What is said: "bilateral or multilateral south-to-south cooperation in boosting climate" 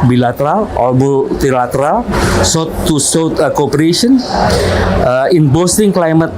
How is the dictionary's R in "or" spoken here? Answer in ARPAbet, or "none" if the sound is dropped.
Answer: L